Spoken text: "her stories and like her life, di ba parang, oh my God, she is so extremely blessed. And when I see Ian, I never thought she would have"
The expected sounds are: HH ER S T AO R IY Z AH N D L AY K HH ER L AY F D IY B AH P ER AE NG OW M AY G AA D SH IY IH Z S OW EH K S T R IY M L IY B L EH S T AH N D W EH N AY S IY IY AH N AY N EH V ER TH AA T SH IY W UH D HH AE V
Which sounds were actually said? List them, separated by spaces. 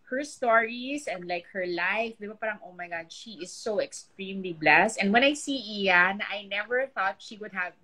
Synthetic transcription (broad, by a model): HH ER S T AO R IY S AH N D L AY K HH ER L AY F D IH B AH P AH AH NG OW M AY G AA D SH IY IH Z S OW EH K S T R IY M L IY B L EH S T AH N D W EH N AY S IY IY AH N AY N EH V ER TH AA T SH IY W UH D HH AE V